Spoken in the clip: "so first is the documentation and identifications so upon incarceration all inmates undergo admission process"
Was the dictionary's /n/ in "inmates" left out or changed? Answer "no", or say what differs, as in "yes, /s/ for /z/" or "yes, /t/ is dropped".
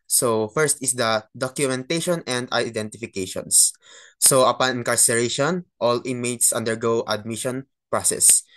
yes, /n/ is dropped